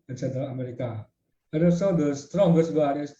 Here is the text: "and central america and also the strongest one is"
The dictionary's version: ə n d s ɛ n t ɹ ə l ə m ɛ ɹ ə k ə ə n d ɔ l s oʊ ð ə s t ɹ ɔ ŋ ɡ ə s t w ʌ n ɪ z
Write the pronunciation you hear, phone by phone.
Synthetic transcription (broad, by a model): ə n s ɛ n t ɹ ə ə m ɛ ɹ ə k ə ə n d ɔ s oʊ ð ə s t ɹ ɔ ŋ ɡ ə s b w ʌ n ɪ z